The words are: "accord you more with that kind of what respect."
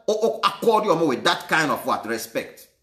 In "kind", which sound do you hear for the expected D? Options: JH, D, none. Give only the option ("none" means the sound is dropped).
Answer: D